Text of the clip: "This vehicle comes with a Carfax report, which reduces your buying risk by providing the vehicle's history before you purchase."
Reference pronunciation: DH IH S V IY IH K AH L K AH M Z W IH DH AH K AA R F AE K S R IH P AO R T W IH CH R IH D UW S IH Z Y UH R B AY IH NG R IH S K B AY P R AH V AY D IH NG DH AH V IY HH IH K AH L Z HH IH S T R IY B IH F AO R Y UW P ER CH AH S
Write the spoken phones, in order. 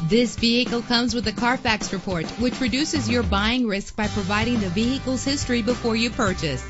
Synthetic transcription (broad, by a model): DH IH S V IY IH K L K AH M Z W IH DH AH K AA R F AE K S R IH P AO R T W IH CH R IH D UW S IH Z Y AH R B AY IH NG R IH S K B AY P R AH V AY D IH NG DH AH V IY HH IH K L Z HH IH S T R IY B IH F AO R Y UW P ER CH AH S